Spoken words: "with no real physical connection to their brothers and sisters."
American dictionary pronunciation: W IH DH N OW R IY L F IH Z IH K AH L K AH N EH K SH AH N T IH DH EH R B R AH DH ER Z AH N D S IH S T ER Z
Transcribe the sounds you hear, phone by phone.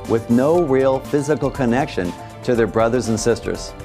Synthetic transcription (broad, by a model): W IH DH N OW R IY L F IH Z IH K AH L K AH N EH K SH AH N T IH DH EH R B R AH DH ER Z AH N S IH S T ER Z